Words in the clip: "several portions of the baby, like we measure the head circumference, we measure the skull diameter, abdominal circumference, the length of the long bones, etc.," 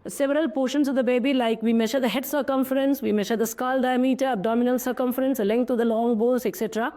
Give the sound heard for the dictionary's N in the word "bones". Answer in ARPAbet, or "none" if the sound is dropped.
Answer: none